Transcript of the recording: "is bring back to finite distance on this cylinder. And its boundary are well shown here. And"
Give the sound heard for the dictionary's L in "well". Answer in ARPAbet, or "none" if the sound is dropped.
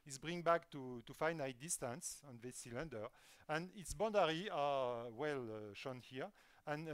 L